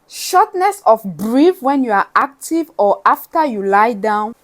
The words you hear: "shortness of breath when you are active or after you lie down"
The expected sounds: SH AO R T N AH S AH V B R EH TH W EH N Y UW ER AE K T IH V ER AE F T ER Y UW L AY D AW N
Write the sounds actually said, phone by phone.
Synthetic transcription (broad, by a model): SH AO T N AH S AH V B R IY F W EH N Y UW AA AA K T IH V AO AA F T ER Y UW L AY D AW N